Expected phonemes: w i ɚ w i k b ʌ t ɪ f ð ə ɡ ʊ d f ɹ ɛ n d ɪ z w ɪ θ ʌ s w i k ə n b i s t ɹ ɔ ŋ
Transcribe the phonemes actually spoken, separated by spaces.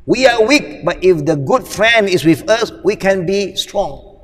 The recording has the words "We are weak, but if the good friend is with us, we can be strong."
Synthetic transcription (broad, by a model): w i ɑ w i k b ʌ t ɪ f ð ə ɡ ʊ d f ɹ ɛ n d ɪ s w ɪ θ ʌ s w i k ə n b i s t ɹ ɔ ŋ